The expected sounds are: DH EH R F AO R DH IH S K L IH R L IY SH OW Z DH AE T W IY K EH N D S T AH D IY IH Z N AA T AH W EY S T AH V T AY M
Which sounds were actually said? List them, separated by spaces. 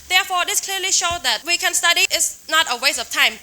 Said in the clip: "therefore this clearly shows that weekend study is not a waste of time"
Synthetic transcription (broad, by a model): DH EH F AO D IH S K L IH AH L IY SH OW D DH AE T W IY K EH N S T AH D IY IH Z N AA T AH W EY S AH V T AY M